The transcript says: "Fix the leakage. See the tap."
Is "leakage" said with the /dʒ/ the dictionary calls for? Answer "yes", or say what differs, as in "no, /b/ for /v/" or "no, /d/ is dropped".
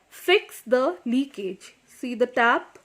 yes